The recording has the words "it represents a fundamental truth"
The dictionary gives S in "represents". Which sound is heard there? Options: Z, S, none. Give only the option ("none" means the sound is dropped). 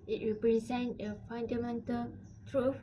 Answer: none